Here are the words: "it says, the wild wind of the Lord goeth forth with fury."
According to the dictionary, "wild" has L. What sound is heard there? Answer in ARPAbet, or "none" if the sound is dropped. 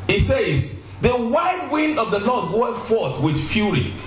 none